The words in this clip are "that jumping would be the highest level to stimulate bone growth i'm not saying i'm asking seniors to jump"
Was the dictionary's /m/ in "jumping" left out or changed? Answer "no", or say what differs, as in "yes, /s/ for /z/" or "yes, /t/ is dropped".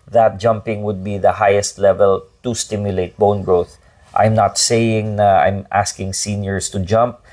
no